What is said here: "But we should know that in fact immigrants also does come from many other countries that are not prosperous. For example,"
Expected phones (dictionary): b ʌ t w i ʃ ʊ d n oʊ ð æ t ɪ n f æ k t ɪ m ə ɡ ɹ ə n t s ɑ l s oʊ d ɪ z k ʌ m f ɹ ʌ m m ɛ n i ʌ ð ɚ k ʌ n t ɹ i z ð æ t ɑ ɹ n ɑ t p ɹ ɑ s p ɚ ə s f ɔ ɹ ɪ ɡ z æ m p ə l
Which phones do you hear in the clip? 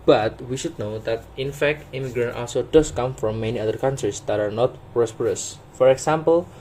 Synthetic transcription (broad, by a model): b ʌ t w i ʃ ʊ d n oʊ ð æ t ɪ n f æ k t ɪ m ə ɡ ɹ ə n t ɑ l s oʊ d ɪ s k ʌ m f ɹ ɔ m m ɛ n i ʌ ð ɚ k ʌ n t ɹ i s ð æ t ɑ ɹ n ɑ t p ɹ ɑ s p ɚ ə s f ɔ ɹ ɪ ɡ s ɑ m p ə l